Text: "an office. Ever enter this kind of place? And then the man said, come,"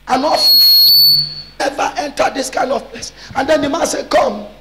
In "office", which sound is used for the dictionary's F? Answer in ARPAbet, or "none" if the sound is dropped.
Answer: none